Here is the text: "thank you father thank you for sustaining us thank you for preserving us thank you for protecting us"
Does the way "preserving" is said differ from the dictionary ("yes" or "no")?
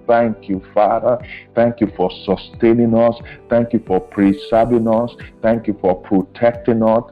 yes